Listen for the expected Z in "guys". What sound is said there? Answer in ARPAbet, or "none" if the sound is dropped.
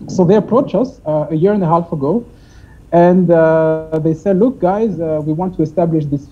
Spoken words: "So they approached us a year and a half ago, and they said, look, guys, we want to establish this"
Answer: Z